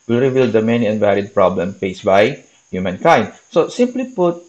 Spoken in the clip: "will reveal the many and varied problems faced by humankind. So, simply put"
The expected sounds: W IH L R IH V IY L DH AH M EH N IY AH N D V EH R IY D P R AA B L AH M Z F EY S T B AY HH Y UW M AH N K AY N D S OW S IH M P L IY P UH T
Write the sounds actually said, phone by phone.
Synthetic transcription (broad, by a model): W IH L R IH V IY L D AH M EH N IY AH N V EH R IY D P R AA B L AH M F EY S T B AY HH Y UW M AH N K AY N D S OW S IH M P L IY P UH T